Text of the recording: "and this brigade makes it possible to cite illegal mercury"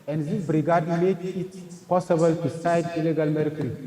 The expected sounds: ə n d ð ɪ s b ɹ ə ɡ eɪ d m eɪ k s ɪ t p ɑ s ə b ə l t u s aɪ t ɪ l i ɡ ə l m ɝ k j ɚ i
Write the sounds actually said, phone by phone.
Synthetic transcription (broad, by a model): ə n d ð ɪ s b ɹ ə ɡ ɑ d m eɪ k ɪ t p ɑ s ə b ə l t u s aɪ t ɪ l i ɡ ə l m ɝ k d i